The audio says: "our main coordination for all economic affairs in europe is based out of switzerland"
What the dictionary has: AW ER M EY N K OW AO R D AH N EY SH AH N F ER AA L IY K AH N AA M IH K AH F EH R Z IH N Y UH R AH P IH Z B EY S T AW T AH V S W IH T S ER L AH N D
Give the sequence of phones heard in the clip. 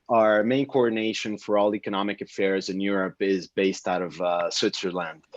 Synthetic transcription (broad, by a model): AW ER M EY N K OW AO R D N EY SH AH N F ER AA L IY K AH N AA M IH K AH F EH R Z IH N Y UH R AH P IH Z B EY S T AW T AH V S W IH T S ER L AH N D